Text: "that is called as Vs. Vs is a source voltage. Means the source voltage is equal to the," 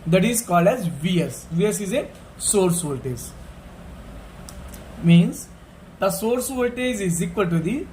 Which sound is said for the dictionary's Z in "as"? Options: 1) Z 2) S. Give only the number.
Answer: 1